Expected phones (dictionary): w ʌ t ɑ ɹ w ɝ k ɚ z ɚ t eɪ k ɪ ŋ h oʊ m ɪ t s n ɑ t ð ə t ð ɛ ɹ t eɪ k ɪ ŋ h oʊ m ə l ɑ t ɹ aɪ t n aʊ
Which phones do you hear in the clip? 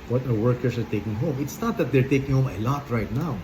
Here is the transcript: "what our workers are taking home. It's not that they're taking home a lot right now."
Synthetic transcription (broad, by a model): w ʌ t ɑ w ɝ k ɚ s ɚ t eɪ k ɪ ŋ h oʊ m ɪ t s n ɑ t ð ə t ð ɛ ɹ t eɪ k ɪ ŋ h oʊ m ə l ɑ t ɹ aɪ t n aʊ